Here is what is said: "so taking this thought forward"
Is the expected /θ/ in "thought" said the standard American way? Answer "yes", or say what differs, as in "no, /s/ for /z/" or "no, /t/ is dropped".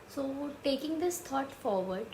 no, /t/ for /θ/